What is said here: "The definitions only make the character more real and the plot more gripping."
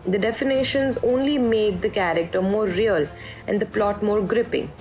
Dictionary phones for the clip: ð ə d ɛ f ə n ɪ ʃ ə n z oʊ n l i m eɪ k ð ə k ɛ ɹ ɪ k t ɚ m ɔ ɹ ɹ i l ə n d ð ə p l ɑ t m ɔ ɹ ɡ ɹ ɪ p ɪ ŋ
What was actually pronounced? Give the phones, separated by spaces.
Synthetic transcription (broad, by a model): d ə d ɛ f ə n ɪ ʃ ə n z oʊ n l i m eɪ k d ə k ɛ ɹ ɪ k t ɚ m ɔ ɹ ɹ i l ə n d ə p l ɑ t m ɔ ɹ ɡ ɹ ɪ p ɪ ŋ